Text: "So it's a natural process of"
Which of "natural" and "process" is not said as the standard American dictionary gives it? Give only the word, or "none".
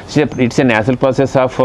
natural